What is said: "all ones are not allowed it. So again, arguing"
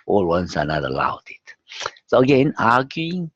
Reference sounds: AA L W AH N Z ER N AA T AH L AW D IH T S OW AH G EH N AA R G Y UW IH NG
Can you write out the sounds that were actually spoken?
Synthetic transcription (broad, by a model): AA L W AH N S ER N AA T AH L AW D IH T S OW AH G EH N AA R G Y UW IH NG